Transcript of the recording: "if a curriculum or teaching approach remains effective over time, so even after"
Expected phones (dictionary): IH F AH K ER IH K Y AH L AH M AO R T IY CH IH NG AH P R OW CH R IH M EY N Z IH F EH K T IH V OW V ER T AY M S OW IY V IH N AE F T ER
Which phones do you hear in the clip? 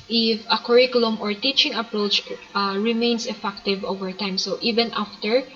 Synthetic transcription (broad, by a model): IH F AH K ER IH K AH L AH M AO R T IY CH IH NG AH P R OW CH R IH M EY N S IH F EH K T IH V OW V ER T AY M S OW IY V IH N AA F T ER